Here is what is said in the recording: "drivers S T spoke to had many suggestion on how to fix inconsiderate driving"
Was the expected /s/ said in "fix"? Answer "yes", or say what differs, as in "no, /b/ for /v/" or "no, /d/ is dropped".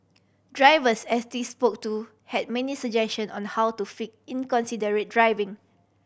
no, /s/ is dropped